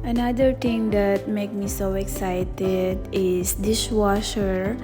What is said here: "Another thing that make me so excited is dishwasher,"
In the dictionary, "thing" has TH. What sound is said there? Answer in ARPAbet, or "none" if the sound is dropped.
T